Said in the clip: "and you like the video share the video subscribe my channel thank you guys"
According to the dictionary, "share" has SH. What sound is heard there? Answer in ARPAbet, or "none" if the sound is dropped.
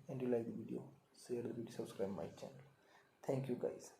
S